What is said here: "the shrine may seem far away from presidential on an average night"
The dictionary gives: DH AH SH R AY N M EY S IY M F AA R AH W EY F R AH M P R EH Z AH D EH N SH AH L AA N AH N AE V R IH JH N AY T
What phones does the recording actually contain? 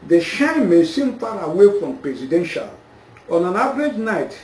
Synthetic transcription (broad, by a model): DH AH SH AY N M EY S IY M F AA R AH W EY F R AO M P R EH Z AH D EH N SH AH L AA N AH N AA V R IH JH N AY T